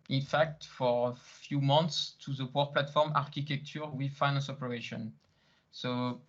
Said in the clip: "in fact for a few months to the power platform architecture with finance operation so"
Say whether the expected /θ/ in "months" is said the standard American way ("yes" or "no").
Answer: no